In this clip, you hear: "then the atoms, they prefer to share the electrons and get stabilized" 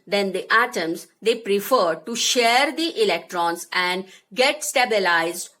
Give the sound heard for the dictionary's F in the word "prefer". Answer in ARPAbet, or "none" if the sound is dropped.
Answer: F